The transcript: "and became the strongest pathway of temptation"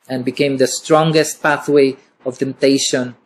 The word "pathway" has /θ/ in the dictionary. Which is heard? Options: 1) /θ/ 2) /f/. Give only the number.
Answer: 1